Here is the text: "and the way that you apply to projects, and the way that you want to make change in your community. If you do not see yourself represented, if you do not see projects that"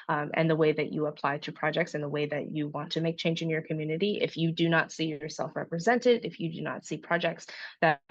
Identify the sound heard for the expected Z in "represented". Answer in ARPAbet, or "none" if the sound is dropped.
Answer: Z